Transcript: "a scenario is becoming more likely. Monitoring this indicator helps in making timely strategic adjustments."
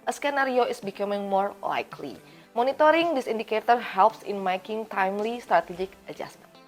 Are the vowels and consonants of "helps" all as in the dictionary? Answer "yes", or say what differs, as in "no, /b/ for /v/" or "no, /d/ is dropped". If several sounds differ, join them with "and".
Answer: yes